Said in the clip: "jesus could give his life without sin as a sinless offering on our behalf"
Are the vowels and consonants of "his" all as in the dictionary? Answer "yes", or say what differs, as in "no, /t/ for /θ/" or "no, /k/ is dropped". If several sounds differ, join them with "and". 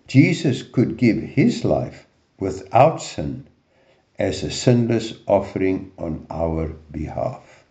yes